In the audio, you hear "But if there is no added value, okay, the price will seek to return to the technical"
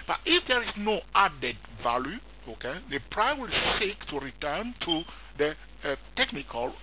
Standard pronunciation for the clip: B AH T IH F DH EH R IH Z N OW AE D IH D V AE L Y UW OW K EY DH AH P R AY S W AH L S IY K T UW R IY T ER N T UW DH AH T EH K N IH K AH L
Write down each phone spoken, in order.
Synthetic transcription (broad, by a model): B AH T IH F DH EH R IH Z N OW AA D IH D V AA L Y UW OW K EY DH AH P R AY W AH L S IY K T UW R IY T ER N T UW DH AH T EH K N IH K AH L